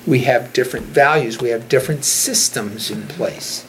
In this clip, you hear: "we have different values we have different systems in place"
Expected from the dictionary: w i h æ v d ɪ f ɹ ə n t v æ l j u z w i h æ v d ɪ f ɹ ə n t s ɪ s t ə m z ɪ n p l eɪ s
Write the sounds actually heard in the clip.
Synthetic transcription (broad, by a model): w i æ v d ɪ f ɹ ə n t v æ l j u z w i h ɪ v d ɪ f ɹ ə n t s ɪ s t ə m z ɪ n p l eɪ s